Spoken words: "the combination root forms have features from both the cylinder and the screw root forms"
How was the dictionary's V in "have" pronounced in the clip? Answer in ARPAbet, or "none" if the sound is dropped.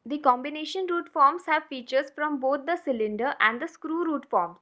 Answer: V